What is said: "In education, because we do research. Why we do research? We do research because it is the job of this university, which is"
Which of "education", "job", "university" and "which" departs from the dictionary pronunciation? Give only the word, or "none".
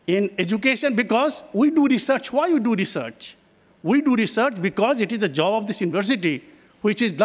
none